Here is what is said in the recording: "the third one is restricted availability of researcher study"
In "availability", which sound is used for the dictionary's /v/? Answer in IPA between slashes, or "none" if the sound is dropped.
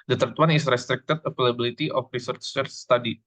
/p/